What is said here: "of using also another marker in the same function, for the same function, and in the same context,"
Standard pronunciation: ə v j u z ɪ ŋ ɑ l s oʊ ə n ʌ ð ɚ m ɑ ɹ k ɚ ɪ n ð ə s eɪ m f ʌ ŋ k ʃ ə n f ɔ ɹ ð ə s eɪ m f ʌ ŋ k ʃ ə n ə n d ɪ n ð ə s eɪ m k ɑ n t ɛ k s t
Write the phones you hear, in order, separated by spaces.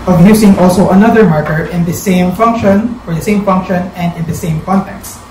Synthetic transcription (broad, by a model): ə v j u s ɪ ŋ ɑ l s oʊ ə n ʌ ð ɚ m ɑ ɹ k ɚ ɪ n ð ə s eɪ m f ʌ ŋ k ʃ ə n f ɔ ɹ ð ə s eɪ m f ʌ ŋ k ʃ ə n ə n d ɪ n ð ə s eɪ m k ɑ n t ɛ k s t